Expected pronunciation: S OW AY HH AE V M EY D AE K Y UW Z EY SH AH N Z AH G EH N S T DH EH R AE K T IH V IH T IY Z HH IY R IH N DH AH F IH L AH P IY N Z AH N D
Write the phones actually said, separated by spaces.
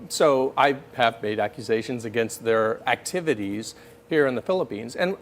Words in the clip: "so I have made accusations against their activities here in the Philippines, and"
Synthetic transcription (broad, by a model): S OW AY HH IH V M EY D AE K Y UW Z EY SH AH N Z AH G EH N S T DH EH R AE K T IH V IH T IY Z HH IY R IH N DH AH F IH L AH P IY N Z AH N